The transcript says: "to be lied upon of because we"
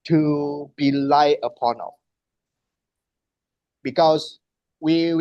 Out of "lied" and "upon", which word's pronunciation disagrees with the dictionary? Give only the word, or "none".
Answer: lied